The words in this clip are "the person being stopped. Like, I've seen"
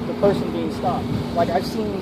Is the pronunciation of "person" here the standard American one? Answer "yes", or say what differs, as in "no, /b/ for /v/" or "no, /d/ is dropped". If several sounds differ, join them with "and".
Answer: yes